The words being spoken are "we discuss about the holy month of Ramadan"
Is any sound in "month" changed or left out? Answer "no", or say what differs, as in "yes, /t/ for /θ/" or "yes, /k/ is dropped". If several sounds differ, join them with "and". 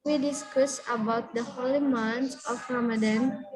yes, /s/ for /θ/